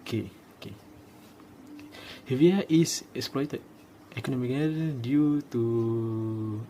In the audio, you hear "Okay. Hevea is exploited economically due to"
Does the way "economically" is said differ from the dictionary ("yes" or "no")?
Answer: yes